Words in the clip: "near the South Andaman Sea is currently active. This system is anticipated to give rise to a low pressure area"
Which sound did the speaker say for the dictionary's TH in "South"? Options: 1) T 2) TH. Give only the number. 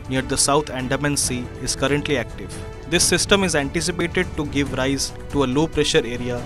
1